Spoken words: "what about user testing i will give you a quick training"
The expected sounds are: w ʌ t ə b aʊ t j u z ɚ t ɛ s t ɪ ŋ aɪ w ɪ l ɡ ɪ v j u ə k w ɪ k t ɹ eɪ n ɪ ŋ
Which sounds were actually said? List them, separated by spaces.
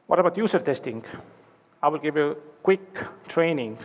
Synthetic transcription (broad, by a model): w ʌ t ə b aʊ t j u s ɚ t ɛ s t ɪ ŋ aɪ w ɪ l ɡ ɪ v j u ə k w ɪ k t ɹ eɪ n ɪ ŋ